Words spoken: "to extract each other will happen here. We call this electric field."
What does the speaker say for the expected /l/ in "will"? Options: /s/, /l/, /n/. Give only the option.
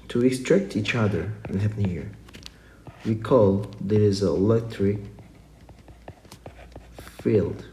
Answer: /n/